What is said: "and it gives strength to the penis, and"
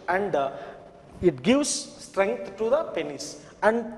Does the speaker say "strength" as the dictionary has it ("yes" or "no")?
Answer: no